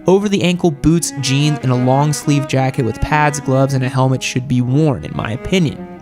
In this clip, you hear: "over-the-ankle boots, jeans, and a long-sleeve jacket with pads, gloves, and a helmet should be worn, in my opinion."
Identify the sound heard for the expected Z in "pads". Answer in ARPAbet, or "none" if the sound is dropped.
Z